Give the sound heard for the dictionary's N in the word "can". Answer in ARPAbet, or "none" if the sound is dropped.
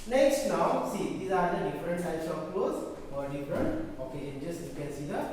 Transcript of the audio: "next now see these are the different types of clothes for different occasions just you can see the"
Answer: L